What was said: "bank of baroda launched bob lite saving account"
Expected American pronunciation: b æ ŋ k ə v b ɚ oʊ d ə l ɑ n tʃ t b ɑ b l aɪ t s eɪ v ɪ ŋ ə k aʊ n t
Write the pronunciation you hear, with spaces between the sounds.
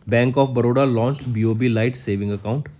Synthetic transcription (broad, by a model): b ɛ ŋ k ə f b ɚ oʊ d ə l ɑ n tʃ t b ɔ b l aɪ t s eɪ v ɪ ŋ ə k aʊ n t